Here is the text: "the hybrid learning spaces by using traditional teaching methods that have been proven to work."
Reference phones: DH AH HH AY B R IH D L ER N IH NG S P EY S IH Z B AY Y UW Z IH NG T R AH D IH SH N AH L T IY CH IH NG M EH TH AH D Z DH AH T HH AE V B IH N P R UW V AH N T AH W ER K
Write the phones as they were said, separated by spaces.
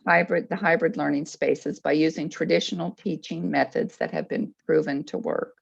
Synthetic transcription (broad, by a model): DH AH HH AY B R IH D L ER N IH NG S P EY S IH Z B AY Y UW Z IH NG T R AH D IH SH N L T IY CH IH NG M EH TH AH D Z DH AH T HH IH V B IH N P R UW V AH N T AH W ER K